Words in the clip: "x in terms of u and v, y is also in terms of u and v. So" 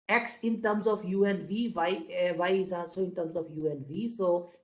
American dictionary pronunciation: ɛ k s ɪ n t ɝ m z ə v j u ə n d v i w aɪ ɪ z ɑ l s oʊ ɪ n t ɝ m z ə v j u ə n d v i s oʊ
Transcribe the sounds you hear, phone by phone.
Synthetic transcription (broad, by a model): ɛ k s ɪ n t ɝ m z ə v j u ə n v i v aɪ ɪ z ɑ s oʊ ɪ n t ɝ m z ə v j u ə n v i s oʊ